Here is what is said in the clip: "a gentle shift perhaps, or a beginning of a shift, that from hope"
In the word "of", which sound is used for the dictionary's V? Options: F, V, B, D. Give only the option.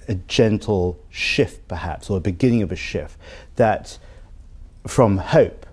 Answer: V